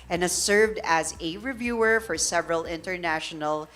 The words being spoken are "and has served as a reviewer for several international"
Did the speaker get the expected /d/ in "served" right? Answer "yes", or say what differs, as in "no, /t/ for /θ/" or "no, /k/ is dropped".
yes